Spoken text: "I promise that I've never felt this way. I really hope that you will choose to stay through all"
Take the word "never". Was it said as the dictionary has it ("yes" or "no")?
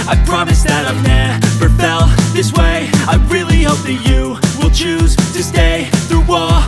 no